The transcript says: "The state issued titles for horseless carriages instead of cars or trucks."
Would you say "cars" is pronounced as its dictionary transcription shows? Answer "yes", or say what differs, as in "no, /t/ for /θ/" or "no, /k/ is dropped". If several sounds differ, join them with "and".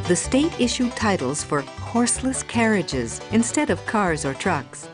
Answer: yes